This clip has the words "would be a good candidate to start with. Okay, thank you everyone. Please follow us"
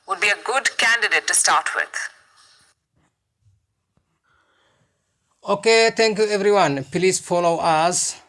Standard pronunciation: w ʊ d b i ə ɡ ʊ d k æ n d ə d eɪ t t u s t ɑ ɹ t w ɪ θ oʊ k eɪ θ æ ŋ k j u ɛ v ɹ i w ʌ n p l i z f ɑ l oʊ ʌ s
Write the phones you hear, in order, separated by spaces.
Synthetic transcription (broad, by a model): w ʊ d b i ə ɡ ʊ d k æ n d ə d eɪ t t u s t ɑ ɹ t w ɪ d oʊ k eɪ t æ ŋ k j u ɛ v ɹ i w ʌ n p l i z f ɑ l oʊ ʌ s